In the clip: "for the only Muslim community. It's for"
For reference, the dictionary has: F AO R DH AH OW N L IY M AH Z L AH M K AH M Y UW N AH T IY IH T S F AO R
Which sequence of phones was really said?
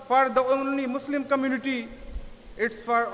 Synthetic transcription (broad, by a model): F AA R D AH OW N N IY M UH S L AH M K AH M Y UW N AH T IY IH T S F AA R